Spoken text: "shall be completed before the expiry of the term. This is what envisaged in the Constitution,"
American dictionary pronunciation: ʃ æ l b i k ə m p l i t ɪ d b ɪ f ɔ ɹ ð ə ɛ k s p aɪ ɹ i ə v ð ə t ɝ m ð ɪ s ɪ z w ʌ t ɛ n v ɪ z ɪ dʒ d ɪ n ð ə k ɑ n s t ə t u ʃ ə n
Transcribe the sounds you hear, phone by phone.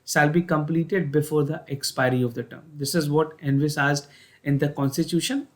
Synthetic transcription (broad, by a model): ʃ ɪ l b i k ə m p l i t ɪ d b ɪ f ɔ ɹ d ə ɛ k s p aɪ ɹ i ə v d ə t ɝ m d ɪ s ɪ z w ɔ t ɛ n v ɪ s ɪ z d ɪ n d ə k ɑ n s t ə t u ʃ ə n